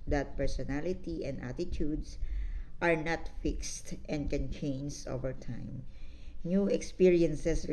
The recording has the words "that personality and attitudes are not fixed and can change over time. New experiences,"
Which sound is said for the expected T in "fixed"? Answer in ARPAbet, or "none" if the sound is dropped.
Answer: T